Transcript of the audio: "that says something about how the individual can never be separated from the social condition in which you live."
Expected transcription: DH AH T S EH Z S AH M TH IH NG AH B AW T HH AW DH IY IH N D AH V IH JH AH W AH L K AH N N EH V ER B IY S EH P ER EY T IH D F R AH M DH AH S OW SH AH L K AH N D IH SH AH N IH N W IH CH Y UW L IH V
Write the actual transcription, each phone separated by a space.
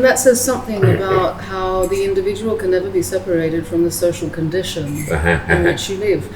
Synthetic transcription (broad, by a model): DH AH T S EH Z S AH M TH IH NG AH B AW T HH AW DH IY IH N D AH V IH JH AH W L K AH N N EH V ER B IY S EH P ER EY T IH D F R AH M DH AH S OW SH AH L K AH N D IH SH AH N IH N W IH CH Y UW L IH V